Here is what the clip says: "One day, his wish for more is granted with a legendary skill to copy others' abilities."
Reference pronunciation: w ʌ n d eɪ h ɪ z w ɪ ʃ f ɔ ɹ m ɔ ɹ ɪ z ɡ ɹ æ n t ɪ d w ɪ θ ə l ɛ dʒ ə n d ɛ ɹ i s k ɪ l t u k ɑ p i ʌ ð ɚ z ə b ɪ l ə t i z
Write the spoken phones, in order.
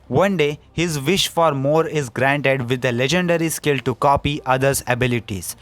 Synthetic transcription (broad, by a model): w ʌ n d eɪ h ɪ z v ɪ ʃ f ɔ ɹ m ɔ ɹ ɪ z ɡ ɹ æ n t ɪ d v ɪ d ə l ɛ dʒ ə n d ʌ ɹ i s k ɪ l t u k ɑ p i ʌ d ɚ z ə b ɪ l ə t i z